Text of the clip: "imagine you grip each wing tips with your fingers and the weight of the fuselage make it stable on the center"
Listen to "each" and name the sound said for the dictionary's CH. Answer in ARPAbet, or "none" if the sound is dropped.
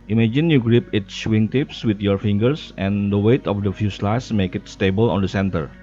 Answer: S